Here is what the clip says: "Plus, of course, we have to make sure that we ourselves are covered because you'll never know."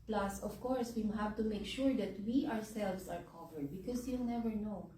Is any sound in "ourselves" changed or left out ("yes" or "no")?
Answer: yes